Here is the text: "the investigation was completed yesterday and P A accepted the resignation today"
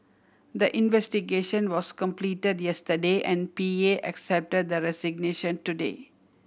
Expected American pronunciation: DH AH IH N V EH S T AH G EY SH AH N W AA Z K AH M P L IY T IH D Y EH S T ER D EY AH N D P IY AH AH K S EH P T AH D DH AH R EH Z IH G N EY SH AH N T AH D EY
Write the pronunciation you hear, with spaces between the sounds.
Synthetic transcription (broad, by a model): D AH IH N V EH S T AH G EY SH AH N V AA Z K AH M P L IY T IH D Y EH S T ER D EY AH N D P IY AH AH K S EH P T AH D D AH R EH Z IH G N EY SH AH N T AH D EY